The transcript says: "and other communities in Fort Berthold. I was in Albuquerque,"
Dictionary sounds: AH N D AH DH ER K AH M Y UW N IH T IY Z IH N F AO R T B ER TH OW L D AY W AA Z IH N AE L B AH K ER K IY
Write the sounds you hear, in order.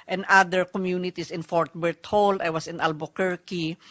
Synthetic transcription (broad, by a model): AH N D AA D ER K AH M Y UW N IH T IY S IH N F AO R T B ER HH OW L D AY W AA S IH N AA L B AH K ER K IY